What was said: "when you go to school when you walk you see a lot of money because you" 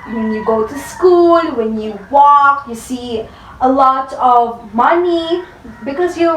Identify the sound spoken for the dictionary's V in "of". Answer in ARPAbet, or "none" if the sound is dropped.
V